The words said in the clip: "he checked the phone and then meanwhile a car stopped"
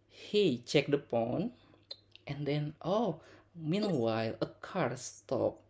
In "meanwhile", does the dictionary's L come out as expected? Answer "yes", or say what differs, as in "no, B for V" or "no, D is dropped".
yes